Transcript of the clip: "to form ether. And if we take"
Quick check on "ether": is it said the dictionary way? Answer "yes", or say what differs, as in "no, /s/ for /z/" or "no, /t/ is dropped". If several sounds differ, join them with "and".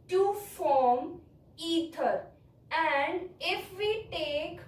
no, /t/ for /θ/